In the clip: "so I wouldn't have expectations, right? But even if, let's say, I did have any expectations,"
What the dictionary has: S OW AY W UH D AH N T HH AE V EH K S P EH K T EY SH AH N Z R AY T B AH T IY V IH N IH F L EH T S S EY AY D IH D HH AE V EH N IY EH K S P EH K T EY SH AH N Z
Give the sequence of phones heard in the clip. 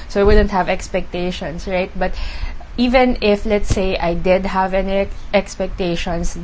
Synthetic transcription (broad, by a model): S OW AY W UH D AH N T HH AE V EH K S P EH K T EY SH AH N S R AY T B AH T IY V IH N IH F L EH T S S EY AY D IH D HH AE V EH N IY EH K S P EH K T EY SH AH N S